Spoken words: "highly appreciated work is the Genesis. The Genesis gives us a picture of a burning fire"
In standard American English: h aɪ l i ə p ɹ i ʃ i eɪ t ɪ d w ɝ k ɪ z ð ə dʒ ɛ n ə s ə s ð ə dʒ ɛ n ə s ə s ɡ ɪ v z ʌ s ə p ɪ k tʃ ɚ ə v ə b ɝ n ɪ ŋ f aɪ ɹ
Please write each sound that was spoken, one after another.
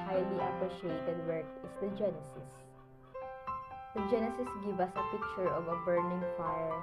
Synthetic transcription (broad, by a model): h aɪ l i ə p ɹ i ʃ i eɪ t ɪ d w ɝ k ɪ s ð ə dʒ ɛ n ə s ə s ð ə dʒ ɛ n ə s ə s ɡ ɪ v ʌ s ə p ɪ k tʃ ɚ ə v ə b ɝ n ɪ ŋ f aɪ ɹ